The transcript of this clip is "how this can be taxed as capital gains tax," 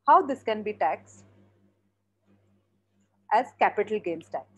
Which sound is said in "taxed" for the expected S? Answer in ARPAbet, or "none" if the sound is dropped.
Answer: S